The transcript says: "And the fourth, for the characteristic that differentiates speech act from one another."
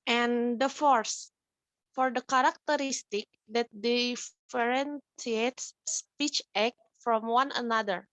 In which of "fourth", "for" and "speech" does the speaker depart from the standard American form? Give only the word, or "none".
fourth